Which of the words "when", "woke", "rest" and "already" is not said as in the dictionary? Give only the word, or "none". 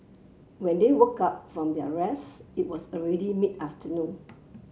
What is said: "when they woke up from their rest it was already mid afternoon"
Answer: rest